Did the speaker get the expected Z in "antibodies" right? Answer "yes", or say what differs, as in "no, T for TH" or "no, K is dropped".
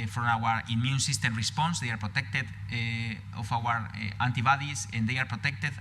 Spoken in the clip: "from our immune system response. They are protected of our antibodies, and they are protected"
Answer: no, S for Z